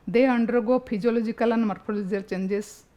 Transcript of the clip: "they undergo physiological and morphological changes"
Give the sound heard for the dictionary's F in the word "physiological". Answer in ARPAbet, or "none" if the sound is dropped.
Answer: P